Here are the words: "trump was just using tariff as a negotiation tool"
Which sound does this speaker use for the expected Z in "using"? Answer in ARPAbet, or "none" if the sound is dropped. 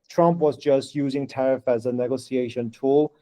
Z